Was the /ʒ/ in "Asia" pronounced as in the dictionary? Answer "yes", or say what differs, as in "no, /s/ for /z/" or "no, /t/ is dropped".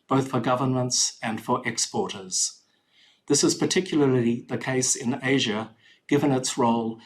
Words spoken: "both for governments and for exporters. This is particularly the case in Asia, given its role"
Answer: yes